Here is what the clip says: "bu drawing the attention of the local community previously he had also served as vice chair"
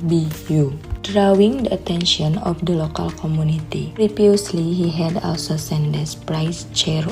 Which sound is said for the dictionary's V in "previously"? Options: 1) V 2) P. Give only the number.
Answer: 2